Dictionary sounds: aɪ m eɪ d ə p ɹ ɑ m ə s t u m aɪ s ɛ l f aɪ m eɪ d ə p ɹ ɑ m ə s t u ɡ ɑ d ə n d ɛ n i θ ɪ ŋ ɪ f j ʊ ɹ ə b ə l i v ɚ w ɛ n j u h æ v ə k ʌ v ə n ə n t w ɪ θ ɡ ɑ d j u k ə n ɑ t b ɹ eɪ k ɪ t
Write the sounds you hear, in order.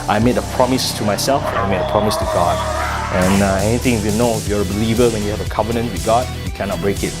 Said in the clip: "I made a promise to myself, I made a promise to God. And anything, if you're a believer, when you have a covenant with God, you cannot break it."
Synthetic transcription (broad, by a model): aɪ m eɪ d ə p ɹ ɑ m ə s t u m aɪ s ɛ l f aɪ m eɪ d ə p ɹ ɑ m ə s t u ɡ ɑ d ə n ɛ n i t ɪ ŋ ɪ f j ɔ ɹ ə b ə l i v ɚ w ɛ n j u h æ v ə k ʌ v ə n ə n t w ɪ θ ɡ ɑ d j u k ə n ɑ t b ɹ eɪ k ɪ t